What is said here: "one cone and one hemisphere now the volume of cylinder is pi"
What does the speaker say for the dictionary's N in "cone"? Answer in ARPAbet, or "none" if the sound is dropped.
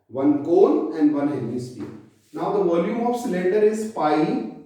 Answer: L